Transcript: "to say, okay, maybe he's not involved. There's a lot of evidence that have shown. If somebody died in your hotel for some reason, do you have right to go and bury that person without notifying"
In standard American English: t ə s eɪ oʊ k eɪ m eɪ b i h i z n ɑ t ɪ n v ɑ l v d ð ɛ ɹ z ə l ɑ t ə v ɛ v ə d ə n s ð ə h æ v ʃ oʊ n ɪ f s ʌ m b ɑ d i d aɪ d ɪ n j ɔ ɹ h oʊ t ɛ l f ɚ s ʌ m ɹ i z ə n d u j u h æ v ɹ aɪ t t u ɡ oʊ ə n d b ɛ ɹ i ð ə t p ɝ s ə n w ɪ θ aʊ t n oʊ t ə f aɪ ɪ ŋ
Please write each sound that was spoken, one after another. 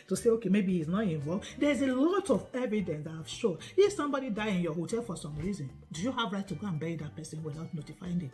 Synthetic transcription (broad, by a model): t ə s eɪ oʊ k eɪ m eɪ b i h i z n ɑ t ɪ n v ɑ l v d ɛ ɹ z ə l ɑ t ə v ɛ v ə d ə n s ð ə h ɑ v ʃ oʊ n ɪ f s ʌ m b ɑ d i d aɪ ɪ n j ɔ h oʊ t ɛ l f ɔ s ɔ m ɹ i z ə n d u j u h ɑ v ɹ aɪ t t u ɡ oʊ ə n b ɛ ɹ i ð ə t p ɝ s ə n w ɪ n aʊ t n oʊ t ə f aɪ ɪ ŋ